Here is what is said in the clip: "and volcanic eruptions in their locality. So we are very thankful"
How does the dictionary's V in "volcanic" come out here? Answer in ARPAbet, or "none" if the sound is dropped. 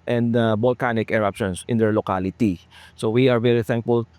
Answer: B